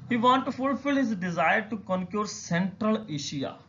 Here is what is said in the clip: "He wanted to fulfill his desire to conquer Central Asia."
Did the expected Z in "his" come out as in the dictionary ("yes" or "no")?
yes